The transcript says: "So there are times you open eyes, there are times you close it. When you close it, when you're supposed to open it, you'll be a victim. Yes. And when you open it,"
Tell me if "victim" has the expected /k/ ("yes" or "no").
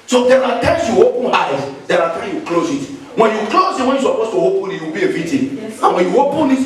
no